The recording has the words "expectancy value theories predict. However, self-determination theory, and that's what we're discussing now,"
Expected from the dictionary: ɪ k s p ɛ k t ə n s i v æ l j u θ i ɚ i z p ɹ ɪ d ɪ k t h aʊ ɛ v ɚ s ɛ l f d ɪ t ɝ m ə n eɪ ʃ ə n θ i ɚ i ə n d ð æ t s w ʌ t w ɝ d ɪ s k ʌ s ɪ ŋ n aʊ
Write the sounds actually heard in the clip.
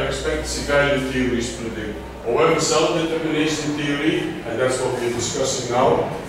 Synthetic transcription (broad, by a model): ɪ k s p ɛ k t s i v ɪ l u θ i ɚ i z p ɪ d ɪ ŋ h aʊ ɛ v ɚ s ɛ l f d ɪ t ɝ m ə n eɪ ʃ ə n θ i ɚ i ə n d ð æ t s w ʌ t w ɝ d ɪ s k ʌ s ɪ ŋ n aʊ